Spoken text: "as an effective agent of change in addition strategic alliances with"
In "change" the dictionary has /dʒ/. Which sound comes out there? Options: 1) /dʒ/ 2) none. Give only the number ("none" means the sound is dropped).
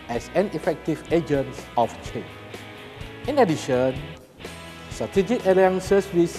2